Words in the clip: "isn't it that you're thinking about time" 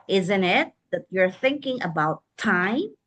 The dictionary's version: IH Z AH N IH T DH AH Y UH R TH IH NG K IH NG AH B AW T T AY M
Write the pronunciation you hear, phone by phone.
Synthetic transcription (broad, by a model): IH Z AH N IH T DH AH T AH R TH IH NG K IH NG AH B AW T T AY M